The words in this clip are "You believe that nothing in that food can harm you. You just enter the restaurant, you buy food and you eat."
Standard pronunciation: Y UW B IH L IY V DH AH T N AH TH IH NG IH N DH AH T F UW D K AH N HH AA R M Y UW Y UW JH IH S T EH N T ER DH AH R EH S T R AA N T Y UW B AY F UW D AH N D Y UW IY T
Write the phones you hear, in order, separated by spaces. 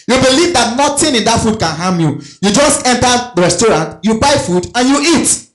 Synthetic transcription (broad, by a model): Y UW B IH L IY V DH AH T N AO T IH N IH N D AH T F UW D K AH N HH AA M Y UW Y UW JH IH S T EH N T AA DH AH R EH S T R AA N T Y UW B AY F UW D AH N Y UW IY T